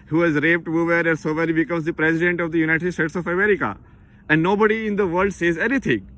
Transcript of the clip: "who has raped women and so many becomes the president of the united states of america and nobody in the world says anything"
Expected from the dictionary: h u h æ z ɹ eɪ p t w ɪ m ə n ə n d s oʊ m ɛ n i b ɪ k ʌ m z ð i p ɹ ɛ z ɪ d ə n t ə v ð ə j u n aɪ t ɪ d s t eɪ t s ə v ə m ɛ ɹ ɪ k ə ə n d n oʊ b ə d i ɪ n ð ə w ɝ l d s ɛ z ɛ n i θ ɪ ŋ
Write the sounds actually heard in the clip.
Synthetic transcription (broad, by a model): h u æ z ɹ eɪ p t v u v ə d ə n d s oʊ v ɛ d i b ɪ k ʌ m z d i p ɹ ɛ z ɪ d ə n t ə v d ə j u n aɪ t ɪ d s t eɪ t s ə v ə m ɛ ɹ ɪ k ə ə n d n oʊ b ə d i ɪ n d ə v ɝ l d s ɛ z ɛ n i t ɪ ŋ